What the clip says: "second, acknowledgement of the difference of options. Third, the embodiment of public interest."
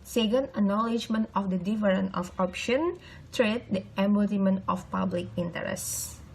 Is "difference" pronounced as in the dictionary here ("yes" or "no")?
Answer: no